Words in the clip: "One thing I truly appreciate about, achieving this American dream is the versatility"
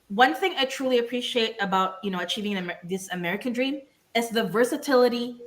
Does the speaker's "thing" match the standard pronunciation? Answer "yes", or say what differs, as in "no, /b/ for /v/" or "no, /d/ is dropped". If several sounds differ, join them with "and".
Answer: yes